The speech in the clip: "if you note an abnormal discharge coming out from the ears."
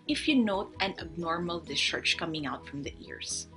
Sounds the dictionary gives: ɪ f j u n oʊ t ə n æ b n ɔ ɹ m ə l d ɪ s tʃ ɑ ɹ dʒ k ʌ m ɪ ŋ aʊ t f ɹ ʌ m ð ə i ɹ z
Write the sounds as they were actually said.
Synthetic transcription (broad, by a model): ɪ f j u n oʊ t ə n æ b n ɔ ɹ m ə l d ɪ s tʃ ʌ ɹ tʃ k ʌ m ɪ ŋ aʊ t f ɹ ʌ m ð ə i ɹ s